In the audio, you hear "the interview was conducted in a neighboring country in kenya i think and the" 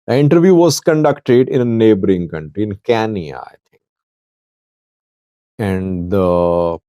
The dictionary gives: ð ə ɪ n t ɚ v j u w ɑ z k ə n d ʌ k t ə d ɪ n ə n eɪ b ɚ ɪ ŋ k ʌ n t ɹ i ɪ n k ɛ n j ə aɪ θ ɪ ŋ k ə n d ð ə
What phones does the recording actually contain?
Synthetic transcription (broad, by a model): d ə ɪ n t ɚ v j u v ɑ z k ə n d ʌ k t ə d ɪ n ə n eɪ b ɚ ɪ ŋ k ʌ n t ɹ i ɪ n k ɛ n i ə aɪ t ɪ ŋ k ə n d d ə